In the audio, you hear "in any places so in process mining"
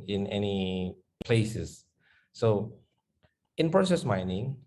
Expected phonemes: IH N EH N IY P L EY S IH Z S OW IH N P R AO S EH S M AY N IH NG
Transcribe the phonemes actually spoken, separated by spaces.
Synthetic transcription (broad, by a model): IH N EH N IY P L EY S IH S S OW IH N P R AO S EH S M AY N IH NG